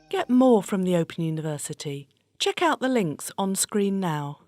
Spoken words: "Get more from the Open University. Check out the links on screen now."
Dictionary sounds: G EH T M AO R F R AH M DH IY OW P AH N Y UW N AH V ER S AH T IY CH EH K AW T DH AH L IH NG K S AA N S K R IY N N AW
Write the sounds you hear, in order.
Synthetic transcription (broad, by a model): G EH T M AO R F R AH M DH IY OW P AH N Y UW N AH V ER S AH T IY CH EH K AW T DH AH L IH NG K S N S K R IY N N AW